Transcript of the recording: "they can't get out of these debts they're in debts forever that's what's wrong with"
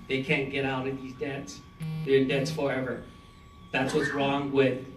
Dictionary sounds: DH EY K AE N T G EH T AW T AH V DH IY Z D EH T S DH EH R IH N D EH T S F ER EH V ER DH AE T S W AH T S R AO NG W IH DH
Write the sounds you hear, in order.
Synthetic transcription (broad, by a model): DH EY K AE N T G EH T AW T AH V DH IY Z D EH T S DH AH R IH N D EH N S F ER EH V ER DH AE T S W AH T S R AO NG W IH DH